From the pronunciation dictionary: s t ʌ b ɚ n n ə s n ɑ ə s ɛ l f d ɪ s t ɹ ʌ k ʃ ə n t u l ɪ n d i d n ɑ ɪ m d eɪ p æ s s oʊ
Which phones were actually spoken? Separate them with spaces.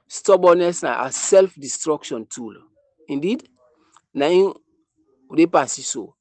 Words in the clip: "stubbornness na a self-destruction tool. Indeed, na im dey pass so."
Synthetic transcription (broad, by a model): s t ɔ b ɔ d n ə s n ɑ ə s ɛ l f d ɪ s t ɹ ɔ k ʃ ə n t u l ɪ n d i d n ɑ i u d eɪ p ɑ s s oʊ